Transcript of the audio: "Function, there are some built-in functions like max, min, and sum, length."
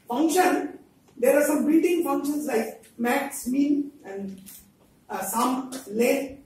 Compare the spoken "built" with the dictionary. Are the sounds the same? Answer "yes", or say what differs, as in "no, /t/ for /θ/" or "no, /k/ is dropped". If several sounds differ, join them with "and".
no, /l/ is dropped